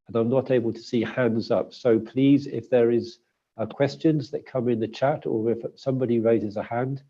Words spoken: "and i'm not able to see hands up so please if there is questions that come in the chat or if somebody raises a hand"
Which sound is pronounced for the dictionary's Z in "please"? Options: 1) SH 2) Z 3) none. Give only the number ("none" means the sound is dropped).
2